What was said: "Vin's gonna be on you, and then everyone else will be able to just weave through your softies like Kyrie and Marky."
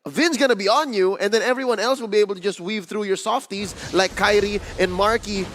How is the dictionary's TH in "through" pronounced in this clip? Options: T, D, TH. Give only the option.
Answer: TH